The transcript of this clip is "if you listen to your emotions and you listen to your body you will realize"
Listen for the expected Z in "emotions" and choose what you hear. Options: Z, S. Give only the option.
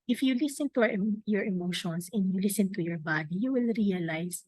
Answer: S